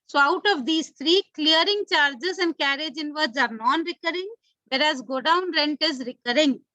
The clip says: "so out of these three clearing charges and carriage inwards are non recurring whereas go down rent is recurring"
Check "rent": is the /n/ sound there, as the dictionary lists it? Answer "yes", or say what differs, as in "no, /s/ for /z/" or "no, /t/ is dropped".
yes